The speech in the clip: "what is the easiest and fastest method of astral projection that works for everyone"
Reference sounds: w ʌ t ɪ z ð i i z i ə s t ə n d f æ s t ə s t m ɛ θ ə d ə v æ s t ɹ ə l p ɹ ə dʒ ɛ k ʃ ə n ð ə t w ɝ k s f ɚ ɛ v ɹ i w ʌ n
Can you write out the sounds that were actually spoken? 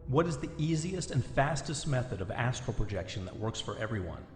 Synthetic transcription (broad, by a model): w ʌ t ɪ z ð i i z i ə s t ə n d f æ s t ə s t m ɛ θ ə d ə v æ s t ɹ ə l p ɹ ə dʒ ɛ k ʃ ə n ð ə t w ɝ k s f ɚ ɛ v ɹ i w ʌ n